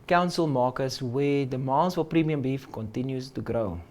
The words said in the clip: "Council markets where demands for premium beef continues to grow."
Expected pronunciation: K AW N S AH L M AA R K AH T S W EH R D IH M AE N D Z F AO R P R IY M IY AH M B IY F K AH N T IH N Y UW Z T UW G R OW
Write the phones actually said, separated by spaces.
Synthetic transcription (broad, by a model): K AW N S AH L M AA K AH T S W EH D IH M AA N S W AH L P R IY M IY AH M B IY F K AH N T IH N Y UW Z T UW G R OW